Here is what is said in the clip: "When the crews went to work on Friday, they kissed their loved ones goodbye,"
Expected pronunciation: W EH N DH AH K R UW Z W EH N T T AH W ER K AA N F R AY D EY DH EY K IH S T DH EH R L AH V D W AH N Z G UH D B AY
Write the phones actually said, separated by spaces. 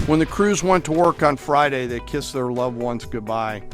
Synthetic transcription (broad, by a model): W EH N DH AH K R UW Z W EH N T T AH W ER K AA N F R AY D EY DH EY K IH S DH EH R L AH V W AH N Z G UH D B AY